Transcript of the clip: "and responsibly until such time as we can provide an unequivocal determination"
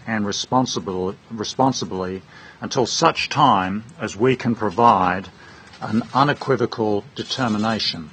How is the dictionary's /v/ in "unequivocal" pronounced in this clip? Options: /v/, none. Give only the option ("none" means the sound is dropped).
/v/